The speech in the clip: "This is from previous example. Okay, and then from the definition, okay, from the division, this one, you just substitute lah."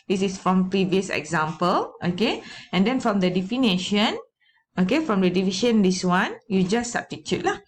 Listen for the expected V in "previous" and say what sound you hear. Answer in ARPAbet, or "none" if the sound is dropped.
V